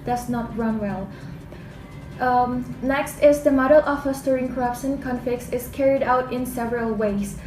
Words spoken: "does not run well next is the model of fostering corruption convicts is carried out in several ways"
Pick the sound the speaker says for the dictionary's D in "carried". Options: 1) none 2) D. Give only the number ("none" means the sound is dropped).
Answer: 2